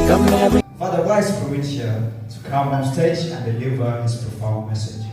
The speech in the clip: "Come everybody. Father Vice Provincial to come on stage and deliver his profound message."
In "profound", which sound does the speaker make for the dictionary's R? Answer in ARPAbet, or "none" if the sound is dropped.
none